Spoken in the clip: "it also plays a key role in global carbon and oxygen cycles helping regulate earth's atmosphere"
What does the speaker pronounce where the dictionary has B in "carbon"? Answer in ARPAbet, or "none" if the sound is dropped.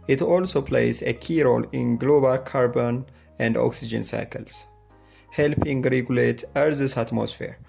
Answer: B